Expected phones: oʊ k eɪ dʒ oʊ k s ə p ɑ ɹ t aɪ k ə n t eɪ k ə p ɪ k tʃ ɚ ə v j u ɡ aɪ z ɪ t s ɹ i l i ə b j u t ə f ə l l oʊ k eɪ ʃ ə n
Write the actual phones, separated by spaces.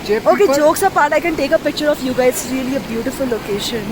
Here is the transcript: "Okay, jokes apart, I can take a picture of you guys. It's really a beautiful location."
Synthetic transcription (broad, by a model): oʊ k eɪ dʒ oʊ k s ə p ɑ ɹ t aɪ k ə n t eɪ k ə p ɪ k tʃ ɚ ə f j u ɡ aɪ ɪ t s ɹ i l i ə b j u t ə f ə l l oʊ k eɪ ʃ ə n